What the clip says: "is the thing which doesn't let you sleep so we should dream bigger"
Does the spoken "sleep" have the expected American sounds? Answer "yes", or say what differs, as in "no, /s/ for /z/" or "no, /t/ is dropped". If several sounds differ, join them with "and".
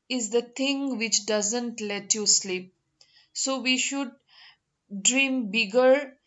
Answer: yes